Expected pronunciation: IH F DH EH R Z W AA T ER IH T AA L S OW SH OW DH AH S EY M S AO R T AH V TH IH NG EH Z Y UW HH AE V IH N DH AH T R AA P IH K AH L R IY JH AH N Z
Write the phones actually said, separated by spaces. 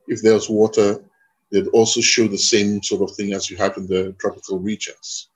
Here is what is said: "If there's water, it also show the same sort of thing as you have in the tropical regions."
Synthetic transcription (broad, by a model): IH F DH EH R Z W AA T ER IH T AA L S OW SH OW DH AH S EY M S AO R T AH V TH IH NG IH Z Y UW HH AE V IH N DH AH T R AA P IH K AH L R IY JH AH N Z